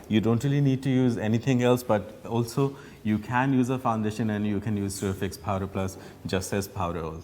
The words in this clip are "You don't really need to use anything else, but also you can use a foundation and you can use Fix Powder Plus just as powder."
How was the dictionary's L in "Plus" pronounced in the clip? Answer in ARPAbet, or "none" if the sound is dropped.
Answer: L